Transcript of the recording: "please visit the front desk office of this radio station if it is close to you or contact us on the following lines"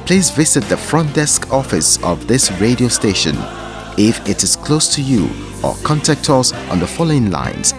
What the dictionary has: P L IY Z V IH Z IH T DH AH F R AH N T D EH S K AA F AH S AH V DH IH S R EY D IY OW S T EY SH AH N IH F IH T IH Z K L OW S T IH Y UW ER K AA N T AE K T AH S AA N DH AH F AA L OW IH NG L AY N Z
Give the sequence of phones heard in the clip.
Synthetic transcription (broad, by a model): P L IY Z V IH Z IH T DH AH F R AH N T D EH S K AA F AH S AH V DH IH S R EY D IY OW S T EY SH AH N IH F IH T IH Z K L OW S T IH Y UW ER K AA N T AE K T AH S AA N DH AH F AA L OW IH NG L AY N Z